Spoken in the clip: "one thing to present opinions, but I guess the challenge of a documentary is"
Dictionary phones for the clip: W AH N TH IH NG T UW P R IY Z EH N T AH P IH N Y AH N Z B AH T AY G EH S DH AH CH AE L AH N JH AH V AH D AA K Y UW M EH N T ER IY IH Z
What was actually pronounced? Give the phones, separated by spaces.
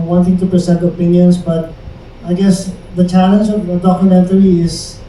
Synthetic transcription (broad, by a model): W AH N T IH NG T UW P R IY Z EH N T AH P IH N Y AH N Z B AH T AY G EH S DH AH CH AE L AH N JH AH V AH D AA K Y UW M EH N T ER IY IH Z